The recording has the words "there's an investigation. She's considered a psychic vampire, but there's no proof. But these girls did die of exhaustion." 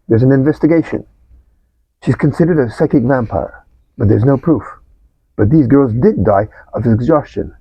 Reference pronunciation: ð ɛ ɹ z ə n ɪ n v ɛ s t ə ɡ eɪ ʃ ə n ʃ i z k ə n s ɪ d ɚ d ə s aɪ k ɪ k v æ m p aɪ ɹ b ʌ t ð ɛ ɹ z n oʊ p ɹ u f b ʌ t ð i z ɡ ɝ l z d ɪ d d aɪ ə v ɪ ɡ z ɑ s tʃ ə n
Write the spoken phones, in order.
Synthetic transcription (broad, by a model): ð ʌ ɹ z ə n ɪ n v ɛ s t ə ɡ eɪ ʃ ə n ʃ i z k ə n s ɪ d ɚ d ə s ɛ k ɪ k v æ m p aɪ ɹ b ʌ t ð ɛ ɹ z n oʊ p ɹ u f b ʌ t ð i z ɡ ɝ l z d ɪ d d aɪ ə v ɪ ɡ z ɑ s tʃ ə n